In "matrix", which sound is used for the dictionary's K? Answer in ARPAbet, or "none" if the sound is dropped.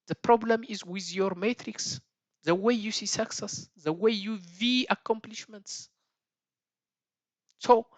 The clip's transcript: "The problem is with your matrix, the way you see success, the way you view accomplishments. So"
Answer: K